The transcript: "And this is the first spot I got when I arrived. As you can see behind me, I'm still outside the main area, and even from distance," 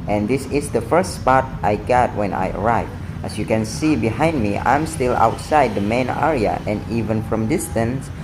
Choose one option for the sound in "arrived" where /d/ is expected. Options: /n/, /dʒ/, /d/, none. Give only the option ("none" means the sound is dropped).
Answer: none